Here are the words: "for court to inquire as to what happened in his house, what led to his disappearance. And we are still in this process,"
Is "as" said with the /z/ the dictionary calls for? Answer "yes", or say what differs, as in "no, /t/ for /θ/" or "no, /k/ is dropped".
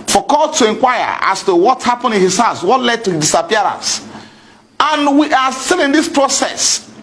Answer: no, /s/ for /z/